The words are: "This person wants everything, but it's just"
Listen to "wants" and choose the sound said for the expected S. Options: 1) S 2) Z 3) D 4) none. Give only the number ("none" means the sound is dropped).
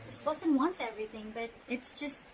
1